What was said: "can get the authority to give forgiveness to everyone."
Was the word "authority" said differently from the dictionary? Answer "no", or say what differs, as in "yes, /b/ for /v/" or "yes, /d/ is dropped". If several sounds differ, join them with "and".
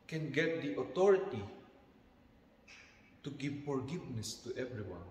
yes, /t/ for /θ/